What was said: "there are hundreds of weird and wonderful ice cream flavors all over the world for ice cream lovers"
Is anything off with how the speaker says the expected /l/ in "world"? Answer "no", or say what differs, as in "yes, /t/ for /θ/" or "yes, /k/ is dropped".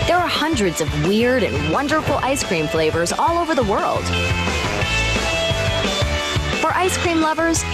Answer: no